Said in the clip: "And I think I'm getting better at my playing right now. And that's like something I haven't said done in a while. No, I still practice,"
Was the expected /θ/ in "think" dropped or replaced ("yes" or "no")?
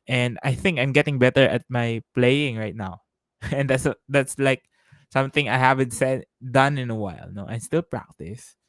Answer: no